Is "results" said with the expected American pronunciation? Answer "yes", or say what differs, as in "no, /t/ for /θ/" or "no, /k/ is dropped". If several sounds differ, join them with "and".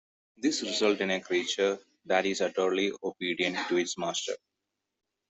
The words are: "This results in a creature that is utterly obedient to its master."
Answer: no, /s/ is dropped